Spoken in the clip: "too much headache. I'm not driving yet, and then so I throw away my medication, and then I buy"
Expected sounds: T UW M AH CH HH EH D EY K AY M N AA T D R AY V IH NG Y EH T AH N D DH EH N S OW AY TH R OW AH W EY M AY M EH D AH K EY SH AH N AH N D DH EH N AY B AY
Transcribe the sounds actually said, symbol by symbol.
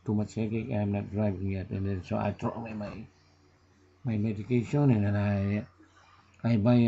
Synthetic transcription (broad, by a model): T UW M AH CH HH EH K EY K AY M N AA T D R AY V IH NG Y EH T AH N D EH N S OW AY T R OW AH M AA M AY M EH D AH K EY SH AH N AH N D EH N AY B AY